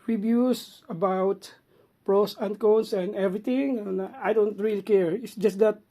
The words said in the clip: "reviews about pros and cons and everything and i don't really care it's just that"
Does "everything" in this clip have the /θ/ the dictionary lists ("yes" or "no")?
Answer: no